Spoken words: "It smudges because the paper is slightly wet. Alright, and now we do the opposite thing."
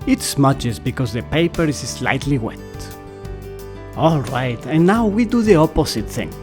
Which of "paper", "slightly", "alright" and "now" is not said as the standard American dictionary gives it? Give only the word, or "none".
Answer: none